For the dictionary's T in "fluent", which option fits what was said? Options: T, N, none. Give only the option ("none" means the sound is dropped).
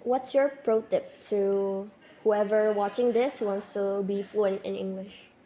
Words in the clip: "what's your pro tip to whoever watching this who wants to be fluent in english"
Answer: T